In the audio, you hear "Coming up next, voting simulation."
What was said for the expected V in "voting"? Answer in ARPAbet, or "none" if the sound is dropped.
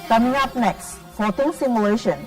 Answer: F